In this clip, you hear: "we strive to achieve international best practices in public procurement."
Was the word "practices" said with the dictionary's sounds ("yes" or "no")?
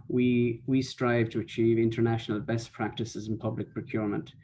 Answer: yes